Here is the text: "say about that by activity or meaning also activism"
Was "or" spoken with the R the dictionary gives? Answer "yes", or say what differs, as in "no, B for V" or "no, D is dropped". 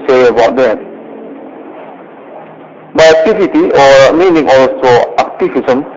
yes